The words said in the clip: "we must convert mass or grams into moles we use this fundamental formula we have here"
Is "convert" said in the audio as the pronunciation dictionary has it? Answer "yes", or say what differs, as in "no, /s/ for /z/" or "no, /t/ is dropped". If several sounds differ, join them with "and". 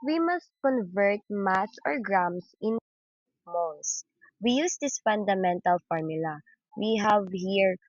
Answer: yes